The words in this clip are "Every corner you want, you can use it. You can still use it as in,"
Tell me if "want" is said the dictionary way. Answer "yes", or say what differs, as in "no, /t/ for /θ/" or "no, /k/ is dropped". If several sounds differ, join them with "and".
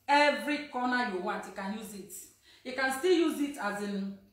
no, /n/ is dropped